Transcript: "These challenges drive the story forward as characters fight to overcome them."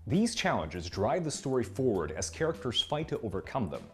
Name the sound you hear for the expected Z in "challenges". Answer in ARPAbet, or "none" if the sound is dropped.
Z